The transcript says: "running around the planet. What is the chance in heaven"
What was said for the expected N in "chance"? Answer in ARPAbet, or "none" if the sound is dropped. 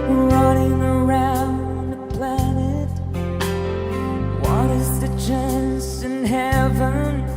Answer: N